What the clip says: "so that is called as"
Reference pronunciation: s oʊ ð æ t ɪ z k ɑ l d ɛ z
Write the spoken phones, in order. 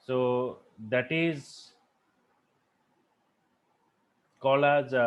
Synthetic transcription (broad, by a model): s oʊ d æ t ɪ z k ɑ l ɑ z